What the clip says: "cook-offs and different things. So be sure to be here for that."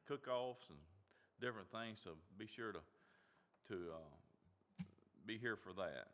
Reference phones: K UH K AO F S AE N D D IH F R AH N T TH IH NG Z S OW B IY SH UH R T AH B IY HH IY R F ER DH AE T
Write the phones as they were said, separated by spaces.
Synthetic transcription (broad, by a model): K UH K AO F S N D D IH F R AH N TH IH NG Z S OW B IY SH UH R T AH B IY HH IY R F ER DH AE T